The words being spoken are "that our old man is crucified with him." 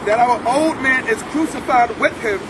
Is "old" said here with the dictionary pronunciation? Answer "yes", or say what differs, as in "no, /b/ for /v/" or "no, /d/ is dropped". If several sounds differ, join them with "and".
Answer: yes